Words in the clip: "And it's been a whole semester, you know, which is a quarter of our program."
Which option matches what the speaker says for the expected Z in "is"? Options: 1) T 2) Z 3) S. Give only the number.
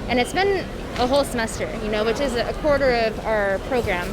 2